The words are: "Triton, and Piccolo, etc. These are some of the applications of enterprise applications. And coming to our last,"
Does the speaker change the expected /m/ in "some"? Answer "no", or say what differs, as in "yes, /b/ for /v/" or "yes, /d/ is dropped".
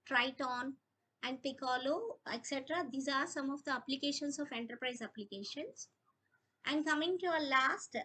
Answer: no